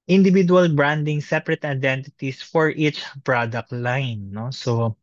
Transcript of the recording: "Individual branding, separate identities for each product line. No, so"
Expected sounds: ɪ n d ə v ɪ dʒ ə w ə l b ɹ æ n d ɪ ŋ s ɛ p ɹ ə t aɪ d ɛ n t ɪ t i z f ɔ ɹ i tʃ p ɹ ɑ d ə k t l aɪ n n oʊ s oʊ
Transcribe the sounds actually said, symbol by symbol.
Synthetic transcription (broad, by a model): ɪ n d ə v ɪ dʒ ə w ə l b ɹ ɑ n d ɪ ŋ s ɛ p ɹ ə t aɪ d ɛ n t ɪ t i s f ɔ ɹ i tʃ p ɹ ɑ d ə k t l aɪ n n oʊ s oʊ